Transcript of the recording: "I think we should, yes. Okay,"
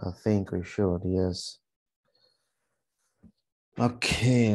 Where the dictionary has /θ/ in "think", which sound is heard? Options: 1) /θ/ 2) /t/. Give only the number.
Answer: 1